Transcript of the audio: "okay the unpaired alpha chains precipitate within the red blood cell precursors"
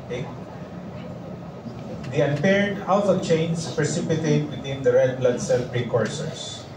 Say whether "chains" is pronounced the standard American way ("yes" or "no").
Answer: no